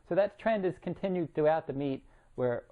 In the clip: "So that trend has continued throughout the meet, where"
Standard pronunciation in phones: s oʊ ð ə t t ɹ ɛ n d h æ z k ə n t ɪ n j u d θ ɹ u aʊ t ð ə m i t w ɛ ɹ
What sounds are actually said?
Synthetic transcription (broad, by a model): s oʊ ð ə t t ɹ ɛ n d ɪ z k ə n t ɪ n j u d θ u aʊ t ð ə m i t w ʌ ɹ